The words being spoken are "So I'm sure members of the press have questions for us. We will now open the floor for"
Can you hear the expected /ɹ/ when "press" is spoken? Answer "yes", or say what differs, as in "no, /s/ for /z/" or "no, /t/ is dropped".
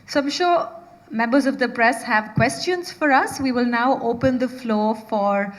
yes